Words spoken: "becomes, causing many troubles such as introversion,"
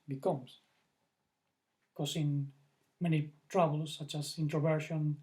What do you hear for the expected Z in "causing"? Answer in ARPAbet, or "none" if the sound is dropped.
S